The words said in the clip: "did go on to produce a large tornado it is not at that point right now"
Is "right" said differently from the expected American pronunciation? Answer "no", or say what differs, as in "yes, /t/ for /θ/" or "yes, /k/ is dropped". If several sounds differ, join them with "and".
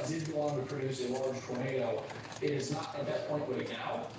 yes, /w/ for /ɹ/